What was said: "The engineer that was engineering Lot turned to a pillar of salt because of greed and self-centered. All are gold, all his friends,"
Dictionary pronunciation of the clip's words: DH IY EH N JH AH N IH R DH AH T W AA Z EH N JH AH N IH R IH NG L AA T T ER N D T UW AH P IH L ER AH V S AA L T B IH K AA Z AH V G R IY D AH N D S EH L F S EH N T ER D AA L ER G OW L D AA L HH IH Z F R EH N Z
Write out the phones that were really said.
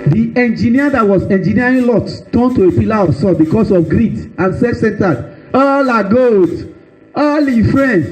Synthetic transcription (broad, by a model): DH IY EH N JH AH N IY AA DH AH T W AA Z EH N JH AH N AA R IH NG L AA T T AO N T UW AH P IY L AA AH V S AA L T B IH K AA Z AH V G R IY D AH N S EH F S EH N T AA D AA L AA G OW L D AA L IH F R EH N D